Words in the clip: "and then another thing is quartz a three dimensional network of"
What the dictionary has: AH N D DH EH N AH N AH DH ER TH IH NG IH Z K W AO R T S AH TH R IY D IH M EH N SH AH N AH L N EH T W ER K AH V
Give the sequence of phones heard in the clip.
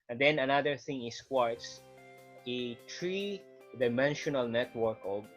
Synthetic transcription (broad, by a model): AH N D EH N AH N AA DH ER TH IH NG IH S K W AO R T S AH T R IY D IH M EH N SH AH N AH L N EH T W ER K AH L